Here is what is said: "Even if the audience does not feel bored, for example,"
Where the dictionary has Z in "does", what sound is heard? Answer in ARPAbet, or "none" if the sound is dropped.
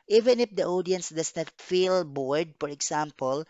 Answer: S